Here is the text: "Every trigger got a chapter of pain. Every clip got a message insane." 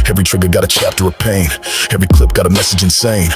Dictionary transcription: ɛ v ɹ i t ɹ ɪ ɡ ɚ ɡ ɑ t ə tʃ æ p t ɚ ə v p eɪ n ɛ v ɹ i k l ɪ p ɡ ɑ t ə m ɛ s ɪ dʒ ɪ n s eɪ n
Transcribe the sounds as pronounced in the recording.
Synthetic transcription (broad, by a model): ɛ v ɹ i t ɹ ɪ ɡ ɚ ɡ ɑ t ə tʃ æ p t ɚ ə v p eɪ n ɛ v ɹ i k l ɪ p ɡ ɑ t ə m ɛ s ɪ dʒ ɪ n s eɪ n